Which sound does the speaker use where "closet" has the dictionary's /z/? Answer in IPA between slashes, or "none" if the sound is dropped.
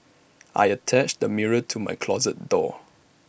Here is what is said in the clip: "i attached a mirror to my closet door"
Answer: /z/